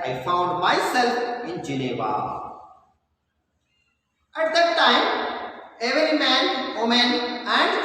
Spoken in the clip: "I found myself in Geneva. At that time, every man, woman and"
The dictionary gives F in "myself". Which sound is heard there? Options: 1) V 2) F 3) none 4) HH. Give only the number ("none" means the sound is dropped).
3